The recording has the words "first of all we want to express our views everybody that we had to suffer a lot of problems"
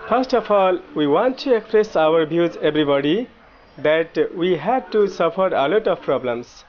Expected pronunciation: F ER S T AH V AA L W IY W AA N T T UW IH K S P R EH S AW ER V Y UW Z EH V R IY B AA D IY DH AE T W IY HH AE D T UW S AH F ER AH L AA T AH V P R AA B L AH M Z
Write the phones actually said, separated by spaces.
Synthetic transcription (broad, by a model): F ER S T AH F AA L W IY W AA N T T UW IH K S P R EH S AW ER B Y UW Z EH B R IY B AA D IY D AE T W IY HH AE D T UW S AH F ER AH L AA T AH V P R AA B L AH M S